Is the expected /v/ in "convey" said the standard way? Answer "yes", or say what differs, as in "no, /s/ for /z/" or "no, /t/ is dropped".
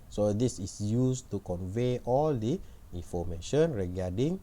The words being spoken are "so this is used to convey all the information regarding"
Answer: yes